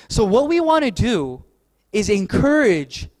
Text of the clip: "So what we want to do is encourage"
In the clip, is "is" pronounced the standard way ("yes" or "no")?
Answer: yes